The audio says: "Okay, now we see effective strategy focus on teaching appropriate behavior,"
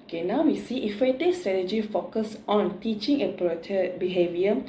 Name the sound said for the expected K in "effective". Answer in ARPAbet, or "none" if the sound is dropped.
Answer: none